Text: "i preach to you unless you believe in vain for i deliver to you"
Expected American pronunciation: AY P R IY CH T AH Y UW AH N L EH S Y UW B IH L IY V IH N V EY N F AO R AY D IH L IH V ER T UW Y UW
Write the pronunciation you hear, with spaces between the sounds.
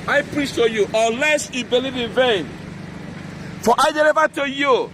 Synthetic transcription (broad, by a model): AY P R IY CH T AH Y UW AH L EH S Y UW B IH L IY V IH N V EY N F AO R AY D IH L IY V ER T UW Y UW